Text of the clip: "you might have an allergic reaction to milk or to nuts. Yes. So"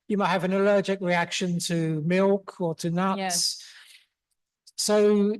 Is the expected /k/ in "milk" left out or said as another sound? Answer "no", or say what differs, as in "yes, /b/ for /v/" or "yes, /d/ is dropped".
no